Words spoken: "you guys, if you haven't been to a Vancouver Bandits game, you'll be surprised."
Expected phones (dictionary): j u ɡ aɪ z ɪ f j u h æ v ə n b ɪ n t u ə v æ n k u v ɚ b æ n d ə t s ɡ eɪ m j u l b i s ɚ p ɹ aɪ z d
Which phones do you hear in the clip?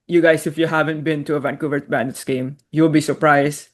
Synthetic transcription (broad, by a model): j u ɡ aɪ s ɪ f j u h æ v ə n b ɪ n t u ə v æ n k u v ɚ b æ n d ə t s ɡ eɪ m j u l b i s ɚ p ɹ aɪ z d